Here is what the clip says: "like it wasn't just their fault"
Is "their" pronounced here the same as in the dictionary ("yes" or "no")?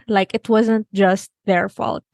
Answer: yes